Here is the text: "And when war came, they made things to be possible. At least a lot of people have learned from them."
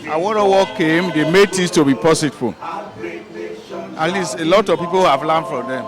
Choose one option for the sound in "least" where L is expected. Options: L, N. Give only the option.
L